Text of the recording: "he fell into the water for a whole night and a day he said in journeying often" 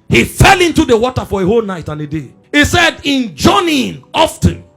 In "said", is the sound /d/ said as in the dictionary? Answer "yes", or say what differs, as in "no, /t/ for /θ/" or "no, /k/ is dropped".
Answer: yes